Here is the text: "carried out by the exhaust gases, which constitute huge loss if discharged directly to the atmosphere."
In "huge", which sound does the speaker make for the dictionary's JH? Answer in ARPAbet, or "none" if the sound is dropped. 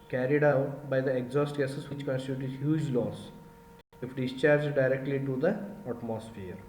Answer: JH